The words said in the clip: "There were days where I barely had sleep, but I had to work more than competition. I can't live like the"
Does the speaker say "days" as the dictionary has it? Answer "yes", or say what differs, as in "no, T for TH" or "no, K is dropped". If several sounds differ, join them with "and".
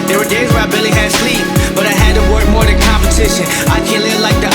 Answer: yes